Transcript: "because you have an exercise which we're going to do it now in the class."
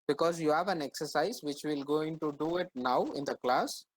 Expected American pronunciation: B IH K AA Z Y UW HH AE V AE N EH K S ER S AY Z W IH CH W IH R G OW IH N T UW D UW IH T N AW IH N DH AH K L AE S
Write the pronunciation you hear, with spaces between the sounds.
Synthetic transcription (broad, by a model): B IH K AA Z Y UW HH AE V AE N EH K S ER S AY Z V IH CH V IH L G OW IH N T UW D UW IH T N AW IH N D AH K L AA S